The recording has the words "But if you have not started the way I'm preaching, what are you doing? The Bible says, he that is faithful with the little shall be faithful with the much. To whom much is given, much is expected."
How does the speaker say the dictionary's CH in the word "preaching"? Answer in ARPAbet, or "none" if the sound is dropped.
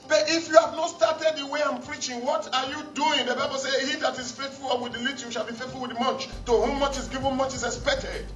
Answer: CH